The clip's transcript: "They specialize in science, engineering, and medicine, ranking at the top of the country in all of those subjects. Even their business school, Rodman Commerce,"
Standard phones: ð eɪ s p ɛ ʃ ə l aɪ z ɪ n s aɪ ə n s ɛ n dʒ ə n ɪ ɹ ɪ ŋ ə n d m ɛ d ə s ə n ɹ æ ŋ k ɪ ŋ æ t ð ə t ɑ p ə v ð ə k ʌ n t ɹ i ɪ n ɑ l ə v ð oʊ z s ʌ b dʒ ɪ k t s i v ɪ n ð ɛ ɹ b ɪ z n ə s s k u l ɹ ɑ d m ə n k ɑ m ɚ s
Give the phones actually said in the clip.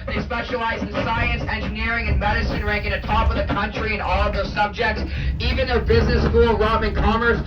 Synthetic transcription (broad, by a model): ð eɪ s p ɛ ʃ ə l aɪ z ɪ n s aɪ ə n s ɛ n dʒ ə n ɪ ɹ ɪ ŋ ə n m ɛ d ə s ə n ɹ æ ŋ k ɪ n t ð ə t ɑ p ə v ð ə k ʌ n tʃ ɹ i ɪ n ɑ l ə v ð oʊ z s ʌ b dʒ ɪ k t s i v ɪ n ð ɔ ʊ b ɪ z n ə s s k u l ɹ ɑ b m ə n k ɑ m ɚ s